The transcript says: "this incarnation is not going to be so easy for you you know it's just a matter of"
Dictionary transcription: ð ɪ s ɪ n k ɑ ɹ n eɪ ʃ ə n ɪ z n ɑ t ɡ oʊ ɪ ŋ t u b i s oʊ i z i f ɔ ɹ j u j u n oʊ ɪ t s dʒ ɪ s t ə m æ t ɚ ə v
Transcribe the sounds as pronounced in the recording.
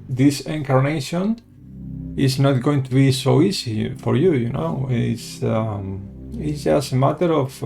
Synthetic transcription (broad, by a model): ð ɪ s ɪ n k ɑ ɹ n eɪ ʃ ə n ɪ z n ɑ t ɡ oʊ ɪ ŋ t u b i s oʊ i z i f ɔ ɹ j u j u n oʊ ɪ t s z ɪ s ə m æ t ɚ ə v